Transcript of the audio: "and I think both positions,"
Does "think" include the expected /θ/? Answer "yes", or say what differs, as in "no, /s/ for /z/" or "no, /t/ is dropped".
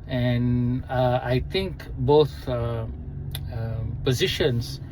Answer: no, /t/ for /θ/